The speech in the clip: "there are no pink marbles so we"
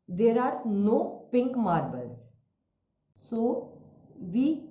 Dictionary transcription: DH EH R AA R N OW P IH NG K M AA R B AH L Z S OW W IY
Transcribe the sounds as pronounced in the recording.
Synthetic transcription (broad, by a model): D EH R AA R N OW P IH NG K M AA R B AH L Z S OW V IY